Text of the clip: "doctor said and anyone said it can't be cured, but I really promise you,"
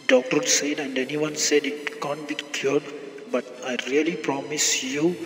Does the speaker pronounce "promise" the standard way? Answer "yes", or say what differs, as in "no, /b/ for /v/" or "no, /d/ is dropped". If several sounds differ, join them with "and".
yes